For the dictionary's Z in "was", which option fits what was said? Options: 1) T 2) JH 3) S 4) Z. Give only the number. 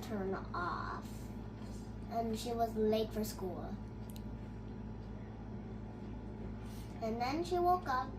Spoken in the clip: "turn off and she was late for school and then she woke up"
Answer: 4